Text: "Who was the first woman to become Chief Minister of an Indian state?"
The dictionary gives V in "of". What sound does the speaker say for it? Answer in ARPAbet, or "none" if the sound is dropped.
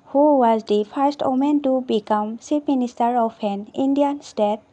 P